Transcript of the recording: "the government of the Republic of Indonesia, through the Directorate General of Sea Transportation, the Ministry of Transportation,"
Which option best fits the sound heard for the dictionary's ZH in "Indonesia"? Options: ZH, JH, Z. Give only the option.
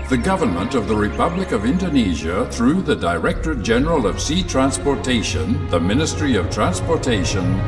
ZH